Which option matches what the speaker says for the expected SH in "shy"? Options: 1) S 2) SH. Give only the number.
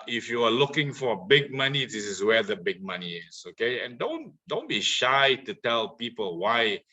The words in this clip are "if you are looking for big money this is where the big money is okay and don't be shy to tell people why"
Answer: 2